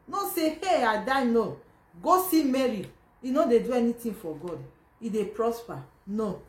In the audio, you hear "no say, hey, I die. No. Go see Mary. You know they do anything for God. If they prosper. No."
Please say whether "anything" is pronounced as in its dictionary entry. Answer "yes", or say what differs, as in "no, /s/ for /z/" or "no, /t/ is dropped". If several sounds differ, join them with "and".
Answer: no, /t/ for /θ/